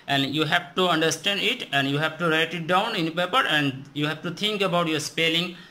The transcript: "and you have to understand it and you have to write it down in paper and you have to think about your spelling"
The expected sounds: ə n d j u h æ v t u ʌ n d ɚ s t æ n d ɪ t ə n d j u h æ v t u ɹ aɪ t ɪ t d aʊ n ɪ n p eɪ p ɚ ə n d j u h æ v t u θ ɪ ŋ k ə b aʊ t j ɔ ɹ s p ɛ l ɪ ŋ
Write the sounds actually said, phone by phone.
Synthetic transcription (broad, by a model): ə n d j u h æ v t u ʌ n d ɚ s t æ n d ɪ t ə n d j u h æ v t u ɹ aɪ t ɪ t d aʊ n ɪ n p eɪ p ɚ ə n d j u h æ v t u t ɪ ŋ k ə b aʊ t j ɔ ɹ s p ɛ l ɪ ŋ